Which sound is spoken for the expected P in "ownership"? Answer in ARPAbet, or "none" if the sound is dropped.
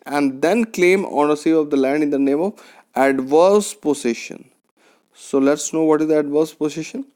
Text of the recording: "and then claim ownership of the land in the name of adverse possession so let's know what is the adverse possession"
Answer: none